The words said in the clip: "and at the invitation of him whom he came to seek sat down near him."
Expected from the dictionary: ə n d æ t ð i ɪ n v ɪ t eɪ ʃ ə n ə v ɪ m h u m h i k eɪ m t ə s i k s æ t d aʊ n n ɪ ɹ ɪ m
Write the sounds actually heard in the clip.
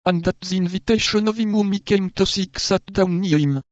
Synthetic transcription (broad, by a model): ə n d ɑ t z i n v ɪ t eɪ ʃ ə n ə v ɪ m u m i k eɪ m t ə s i k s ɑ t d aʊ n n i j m